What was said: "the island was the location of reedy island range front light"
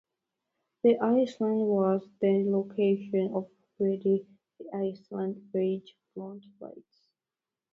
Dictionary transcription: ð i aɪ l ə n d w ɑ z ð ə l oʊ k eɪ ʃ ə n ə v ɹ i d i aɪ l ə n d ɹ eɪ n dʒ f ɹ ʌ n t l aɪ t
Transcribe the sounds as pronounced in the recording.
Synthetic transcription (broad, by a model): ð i aɪ l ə n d w ɑ z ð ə l oʊ k eɪ ʃ ə n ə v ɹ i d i aɪ l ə n d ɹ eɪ dʒ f l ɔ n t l aɪ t